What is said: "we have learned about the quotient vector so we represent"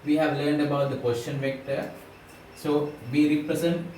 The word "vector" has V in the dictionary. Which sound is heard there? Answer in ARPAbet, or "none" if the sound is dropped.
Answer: V